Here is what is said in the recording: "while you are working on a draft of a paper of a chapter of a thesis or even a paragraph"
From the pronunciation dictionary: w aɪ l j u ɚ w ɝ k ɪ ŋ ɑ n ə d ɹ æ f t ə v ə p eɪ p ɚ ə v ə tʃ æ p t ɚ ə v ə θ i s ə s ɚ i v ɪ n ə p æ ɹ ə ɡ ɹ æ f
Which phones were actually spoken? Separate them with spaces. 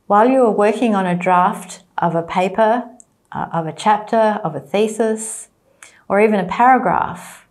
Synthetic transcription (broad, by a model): w aɪ l j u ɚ w ɝ k ɪ ŋ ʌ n ə d ɹ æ f t ə v ə p eɪ p ɚ ə v ə tʃ æ p t ɚ ə v ə θ i s ə s ɚ i v ɪ n ə p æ ɹ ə ɡ ɹ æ f